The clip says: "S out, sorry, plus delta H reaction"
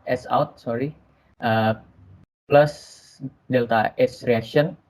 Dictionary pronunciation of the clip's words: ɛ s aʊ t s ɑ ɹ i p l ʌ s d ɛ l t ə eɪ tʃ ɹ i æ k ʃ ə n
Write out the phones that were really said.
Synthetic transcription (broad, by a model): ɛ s aʊ t s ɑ ɹ i p l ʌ s d ɛ l t ə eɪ s ɹ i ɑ k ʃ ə n